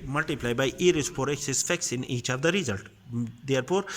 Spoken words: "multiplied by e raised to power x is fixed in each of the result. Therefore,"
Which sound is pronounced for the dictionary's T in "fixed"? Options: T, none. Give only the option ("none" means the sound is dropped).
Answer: none